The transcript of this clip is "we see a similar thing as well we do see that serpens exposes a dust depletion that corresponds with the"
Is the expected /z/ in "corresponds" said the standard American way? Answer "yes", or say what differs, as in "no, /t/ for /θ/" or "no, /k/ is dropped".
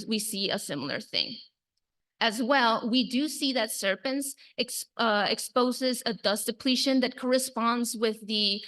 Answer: yes